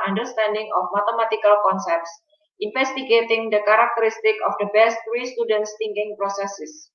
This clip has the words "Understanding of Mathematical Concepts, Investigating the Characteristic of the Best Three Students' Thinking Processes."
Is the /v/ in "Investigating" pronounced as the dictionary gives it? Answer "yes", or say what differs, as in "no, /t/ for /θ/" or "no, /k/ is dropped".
no, /f/ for /v/